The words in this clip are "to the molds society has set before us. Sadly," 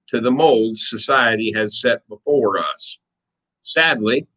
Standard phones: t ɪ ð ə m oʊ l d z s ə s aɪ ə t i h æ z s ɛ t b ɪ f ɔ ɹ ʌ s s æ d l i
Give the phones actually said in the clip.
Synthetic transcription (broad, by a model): t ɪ ð ə m oʊ l d z s ə s aɪ ə t i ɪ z s ɛ t b ɪ f ɔ ɹ ʌ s s æ d l i